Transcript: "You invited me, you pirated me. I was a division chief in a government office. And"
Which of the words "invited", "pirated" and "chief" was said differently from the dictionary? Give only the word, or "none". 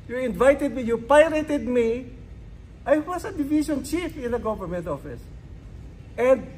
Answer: none